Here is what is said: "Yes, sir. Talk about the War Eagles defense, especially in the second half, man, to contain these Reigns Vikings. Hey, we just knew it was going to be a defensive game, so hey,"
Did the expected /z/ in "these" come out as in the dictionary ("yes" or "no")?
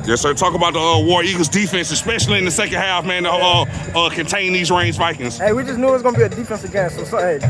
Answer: yes